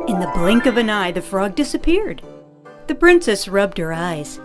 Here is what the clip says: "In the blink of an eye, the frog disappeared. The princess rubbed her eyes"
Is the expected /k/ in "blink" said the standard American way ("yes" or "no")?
yes